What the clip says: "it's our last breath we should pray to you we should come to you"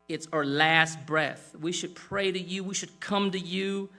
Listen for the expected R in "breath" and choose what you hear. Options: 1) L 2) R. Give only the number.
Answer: 2